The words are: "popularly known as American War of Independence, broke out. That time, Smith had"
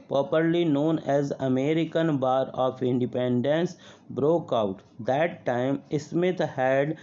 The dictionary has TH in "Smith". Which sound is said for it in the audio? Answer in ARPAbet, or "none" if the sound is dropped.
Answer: T